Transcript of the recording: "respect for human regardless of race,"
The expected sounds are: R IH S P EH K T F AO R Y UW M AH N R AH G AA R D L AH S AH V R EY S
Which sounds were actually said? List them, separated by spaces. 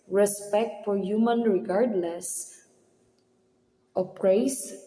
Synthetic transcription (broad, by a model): R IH S P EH K T F AO R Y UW M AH N R AH G AA R D L AH S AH P R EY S